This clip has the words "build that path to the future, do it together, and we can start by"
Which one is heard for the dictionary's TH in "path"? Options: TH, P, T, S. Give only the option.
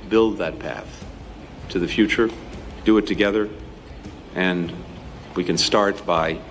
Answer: TH